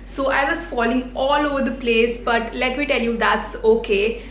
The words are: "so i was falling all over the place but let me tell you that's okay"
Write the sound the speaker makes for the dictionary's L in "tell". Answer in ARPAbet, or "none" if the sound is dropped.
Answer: L